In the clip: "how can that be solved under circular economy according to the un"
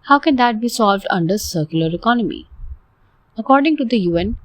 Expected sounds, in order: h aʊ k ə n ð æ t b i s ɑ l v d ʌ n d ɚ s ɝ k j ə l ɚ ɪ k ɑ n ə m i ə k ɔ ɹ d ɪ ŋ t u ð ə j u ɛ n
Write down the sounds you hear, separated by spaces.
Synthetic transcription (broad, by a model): h aʊ k ə n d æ t b i s ɑ l v d ʌ n d ɚ s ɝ k j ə l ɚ ɪ k ɑ n ə m i ə k ɔ ɹ d ɪ ŋ t u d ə j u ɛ n